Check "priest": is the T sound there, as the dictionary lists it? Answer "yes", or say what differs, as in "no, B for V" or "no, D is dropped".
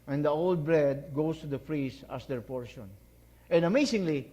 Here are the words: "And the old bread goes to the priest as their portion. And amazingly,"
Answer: no, T is dropped